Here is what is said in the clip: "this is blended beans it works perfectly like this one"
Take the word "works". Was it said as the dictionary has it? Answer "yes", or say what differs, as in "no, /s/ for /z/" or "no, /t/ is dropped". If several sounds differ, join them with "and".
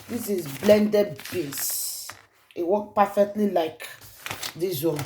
no, /s/ is dropped